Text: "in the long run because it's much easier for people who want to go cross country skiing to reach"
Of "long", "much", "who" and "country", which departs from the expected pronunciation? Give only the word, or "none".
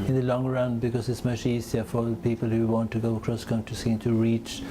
country